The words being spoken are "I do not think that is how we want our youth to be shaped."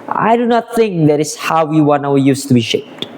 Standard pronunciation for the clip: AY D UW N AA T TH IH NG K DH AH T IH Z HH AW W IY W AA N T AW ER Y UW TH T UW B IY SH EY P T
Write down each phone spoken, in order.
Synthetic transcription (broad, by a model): AY D UW N AA T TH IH NG K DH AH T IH S HH AW W IY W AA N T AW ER Y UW S T UW B IY SH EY P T